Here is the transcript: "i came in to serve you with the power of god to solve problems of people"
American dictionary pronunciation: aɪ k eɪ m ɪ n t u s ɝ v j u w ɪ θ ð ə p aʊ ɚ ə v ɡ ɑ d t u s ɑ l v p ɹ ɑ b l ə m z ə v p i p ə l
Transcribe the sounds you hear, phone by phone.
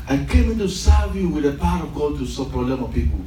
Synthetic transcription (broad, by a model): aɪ k eɪ m ɪ n t u s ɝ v j u w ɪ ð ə p aʊ ɚ ə v ɡ ɑ d t u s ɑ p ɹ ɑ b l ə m ə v p i p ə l